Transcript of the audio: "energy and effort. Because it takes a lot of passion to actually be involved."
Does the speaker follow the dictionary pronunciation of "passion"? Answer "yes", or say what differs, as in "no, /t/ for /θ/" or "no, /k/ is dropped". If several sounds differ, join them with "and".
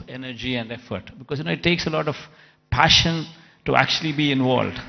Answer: yes